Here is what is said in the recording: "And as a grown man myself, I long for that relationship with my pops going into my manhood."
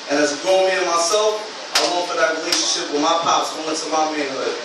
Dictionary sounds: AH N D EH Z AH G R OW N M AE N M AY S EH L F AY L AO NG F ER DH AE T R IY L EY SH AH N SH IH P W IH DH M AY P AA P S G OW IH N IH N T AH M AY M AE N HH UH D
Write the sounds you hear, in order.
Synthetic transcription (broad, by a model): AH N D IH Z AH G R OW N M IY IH M AY S EH L F AY W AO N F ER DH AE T R IY L EY SH AH N SH IH P W IH DH M AY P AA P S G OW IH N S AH M AY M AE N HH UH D